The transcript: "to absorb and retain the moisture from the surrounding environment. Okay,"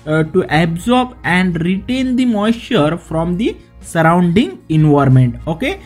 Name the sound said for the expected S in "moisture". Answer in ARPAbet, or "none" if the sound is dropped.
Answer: none